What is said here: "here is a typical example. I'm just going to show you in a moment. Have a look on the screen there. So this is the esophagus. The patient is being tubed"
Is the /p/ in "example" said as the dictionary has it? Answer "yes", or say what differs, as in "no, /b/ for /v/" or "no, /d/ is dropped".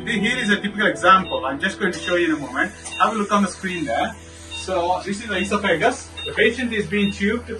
yes